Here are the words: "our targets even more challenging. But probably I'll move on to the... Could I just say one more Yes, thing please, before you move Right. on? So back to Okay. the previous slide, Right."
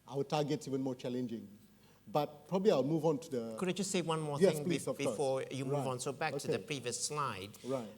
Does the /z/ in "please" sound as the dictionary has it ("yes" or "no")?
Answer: no